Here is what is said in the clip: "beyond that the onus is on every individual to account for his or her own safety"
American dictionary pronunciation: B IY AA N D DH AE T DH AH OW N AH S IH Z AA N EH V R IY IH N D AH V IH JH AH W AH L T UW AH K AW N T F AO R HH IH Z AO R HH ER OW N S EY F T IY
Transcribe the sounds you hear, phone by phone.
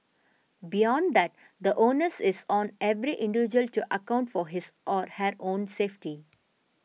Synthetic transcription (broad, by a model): B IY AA N D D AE T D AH OW N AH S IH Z AA N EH V R IY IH N D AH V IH JH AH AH L T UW AH K AW N T F AO R HH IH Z AO R HH ER OW N S EY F T IY